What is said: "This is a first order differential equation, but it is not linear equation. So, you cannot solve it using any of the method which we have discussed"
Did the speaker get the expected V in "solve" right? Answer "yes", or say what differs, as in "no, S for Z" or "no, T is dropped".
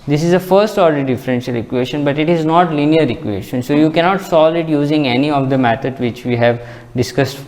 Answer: no, V is dropped